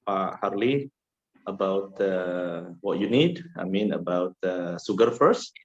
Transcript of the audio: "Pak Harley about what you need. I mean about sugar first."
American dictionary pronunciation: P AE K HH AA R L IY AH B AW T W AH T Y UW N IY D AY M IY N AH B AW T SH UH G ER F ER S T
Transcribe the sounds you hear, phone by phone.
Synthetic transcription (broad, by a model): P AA HH AA R L IY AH B AW T W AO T Y UW N IY D AY M IY N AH B AW T S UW G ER F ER S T